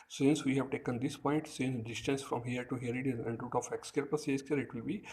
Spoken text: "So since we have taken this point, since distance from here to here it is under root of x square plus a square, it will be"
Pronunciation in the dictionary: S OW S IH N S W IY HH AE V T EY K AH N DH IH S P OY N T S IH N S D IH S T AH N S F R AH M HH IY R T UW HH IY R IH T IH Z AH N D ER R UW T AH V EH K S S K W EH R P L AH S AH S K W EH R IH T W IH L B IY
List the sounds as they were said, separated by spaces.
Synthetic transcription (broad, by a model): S S IH N S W IY HH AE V T EY K AH N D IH S P OY N T S IH N S D IH S T AH N S F R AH M HH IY R T UW HH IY R IH T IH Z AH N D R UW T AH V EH K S S K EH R P AH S AH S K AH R IH T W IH L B IY